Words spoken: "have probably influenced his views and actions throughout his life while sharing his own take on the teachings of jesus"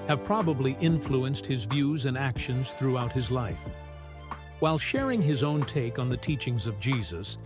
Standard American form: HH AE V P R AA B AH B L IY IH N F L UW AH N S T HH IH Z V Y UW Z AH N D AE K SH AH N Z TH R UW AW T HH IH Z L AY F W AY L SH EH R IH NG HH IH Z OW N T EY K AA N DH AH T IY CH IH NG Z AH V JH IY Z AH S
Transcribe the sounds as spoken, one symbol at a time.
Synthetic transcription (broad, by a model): HH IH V P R AA B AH B L IY IH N F L UW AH N S T HH IH Z V Y UW Z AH N AE K SH AH N Z TH R UW AW T HH IH Z L AY F W AY L SH EH R IH NG IH Z OW N T EY K N DH AH T IY CH IH NG Z AH V JH IY Z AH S